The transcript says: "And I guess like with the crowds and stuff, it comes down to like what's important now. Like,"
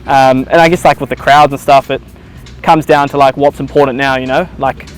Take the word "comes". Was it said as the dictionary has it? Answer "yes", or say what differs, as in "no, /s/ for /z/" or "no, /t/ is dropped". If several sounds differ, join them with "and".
yes